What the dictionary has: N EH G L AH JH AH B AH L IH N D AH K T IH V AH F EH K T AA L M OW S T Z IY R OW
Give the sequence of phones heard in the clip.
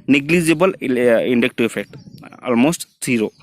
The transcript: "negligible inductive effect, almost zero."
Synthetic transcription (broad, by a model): N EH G L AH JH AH B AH L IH N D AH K T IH AH F EH K T AA L M OW S T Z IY R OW